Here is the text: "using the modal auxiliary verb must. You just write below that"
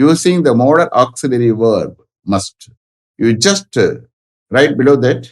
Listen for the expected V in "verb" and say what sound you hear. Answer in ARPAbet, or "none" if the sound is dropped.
V